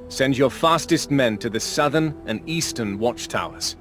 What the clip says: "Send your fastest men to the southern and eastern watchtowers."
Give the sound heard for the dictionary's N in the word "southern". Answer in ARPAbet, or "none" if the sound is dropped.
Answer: N